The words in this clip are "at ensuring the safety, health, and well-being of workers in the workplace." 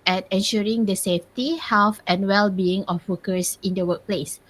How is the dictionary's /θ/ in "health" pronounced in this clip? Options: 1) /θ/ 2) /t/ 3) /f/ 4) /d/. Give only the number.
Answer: 3